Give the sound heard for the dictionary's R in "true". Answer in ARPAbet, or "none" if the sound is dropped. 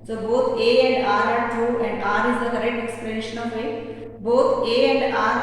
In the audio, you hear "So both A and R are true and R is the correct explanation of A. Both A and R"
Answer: none